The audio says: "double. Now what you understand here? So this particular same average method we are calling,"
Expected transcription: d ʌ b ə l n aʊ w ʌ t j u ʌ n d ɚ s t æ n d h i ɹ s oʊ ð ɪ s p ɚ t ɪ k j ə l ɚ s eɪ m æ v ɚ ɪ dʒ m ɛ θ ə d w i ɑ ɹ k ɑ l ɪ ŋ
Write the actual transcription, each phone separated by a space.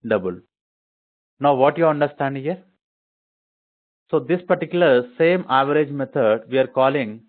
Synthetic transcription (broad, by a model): d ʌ b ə l n aʊ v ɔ t j u ʌ n d ɚ s t æ n d h i ɹ s oʊ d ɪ s p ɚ t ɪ k j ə l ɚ s eɪ m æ v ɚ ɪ dʒ m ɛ t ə d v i ɑ ɹ k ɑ l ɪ ŋ